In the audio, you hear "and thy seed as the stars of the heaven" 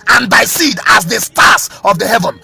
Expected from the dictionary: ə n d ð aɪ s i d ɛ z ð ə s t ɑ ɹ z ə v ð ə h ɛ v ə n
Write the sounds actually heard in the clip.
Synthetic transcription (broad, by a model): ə n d aɪ s i d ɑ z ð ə s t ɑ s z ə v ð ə h ɛ v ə n